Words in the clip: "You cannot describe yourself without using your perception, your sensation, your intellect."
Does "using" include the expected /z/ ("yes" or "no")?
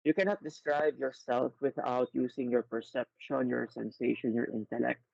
no